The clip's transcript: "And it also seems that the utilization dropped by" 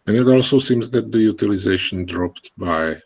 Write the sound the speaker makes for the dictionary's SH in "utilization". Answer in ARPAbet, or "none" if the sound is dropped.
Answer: SH